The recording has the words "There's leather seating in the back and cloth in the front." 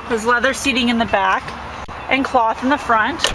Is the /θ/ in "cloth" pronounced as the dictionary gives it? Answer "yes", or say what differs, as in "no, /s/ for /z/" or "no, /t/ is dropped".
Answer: yes